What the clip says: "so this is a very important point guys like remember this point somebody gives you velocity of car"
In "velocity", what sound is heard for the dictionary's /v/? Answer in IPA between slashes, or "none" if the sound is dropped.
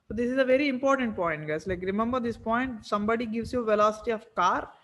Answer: /v/